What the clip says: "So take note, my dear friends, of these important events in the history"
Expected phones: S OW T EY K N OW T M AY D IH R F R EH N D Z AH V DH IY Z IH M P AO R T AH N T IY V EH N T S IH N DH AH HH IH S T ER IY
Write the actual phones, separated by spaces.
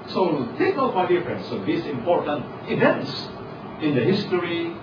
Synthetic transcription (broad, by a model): S OW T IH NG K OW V M AY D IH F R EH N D S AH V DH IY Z IH M P AO R T AH N T IY V EH N T S IH N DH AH HH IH S T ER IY